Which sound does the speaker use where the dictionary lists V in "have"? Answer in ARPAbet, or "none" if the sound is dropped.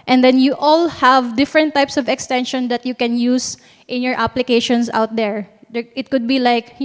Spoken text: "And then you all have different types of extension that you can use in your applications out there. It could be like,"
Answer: V